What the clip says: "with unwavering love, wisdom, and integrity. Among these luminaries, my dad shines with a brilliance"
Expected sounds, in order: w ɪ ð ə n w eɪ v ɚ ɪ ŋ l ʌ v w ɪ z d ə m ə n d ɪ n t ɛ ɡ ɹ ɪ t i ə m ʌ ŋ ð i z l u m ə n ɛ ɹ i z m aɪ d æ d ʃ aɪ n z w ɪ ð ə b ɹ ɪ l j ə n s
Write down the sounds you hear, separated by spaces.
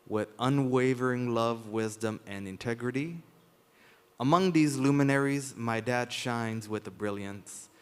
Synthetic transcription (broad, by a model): w ɪ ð ə n w eɪ v ɚ ɪ ŋ l ʌ v w ɪ z d ə m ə n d ɪ n t ɛ ɡ ɹ ɪ t i ə m ʌ ŋ ð i z l u m ə n ɛ ɹ i z m aɪ d æ d ʃ aɪ n z w ɪ ð ə b ɹ ɪ l j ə n s